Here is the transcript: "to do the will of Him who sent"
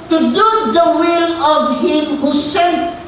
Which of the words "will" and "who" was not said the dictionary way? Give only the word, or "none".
none